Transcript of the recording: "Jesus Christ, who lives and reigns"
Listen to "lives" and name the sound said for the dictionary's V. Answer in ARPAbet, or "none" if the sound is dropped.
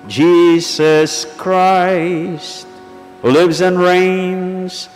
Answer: V